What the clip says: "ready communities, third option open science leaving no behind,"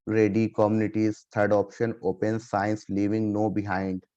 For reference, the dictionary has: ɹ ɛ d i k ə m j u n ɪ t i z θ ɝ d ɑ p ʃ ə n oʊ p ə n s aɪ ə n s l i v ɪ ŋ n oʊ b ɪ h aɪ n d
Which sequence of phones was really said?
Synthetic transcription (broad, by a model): ɹ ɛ d i k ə m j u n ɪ t i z t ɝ d ɑ p ʃ ə n oʊ p ə n s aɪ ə n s l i v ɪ ŋ n oʊ b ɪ h aɪ n d